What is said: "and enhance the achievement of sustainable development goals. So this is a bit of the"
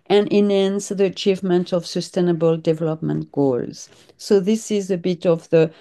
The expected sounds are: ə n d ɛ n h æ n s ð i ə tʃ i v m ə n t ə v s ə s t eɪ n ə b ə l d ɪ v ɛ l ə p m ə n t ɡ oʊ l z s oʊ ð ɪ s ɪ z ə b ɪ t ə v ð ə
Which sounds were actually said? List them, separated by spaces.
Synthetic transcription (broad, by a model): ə n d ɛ n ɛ n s ð i ə tʃ i v m ə n t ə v s ə s t eɪ n ə b ə l d ɪ v ɛ l ə p m ə n t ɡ oʊ l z s oʊ ð ɪ s ɪ z ə b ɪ t ə v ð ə